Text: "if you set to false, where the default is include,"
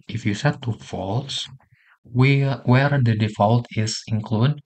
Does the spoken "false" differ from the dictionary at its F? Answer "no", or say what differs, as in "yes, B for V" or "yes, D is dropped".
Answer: no